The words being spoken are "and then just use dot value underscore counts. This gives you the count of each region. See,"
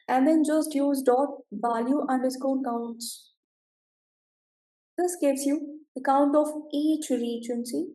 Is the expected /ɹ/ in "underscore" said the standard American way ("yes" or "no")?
no